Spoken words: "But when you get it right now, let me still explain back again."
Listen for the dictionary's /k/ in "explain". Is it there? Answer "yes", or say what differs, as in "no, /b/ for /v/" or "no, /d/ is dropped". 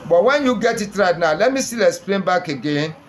no, /k/ is dropped